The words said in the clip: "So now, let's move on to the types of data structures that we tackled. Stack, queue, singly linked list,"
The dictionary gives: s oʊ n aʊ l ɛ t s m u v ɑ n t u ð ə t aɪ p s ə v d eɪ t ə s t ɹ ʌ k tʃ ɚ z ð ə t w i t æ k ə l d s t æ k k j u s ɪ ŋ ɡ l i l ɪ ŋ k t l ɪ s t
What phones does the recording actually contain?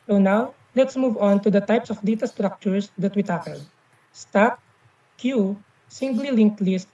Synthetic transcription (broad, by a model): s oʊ n aʊ l ɛ t s m u v ɑ n t u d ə t aɪ p s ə f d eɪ t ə s t ɹ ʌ k tʃ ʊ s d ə t w i t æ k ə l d s t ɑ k k j u s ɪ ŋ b l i l ɪ ŋ k t l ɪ s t